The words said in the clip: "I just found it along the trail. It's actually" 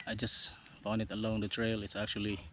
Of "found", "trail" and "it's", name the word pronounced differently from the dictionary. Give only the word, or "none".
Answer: found